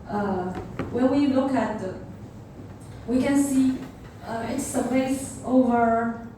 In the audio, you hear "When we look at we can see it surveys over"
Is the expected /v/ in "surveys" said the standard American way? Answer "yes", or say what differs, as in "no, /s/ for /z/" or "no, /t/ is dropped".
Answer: no, /p/ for /v/